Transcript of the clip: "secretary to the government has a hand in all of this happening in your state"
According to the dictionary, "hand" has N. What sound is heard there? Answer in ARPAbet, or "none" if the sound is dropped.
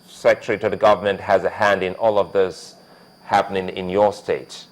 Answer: N